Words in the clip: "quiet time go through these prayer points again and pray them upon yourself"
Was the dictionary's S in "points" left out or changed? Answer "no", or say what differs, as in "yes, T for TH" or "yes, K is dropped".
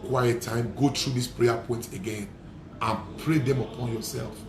yes, S is dropped